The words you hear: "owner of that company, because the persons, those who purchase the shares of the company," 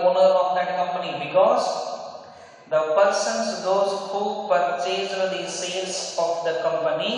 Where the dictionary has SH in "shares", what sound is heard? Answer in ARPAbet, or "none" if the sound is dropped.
S